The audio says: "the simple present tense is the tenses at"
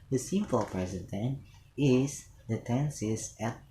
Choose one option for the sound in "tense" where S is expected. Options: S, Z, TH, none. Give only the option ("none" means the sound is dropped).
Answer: none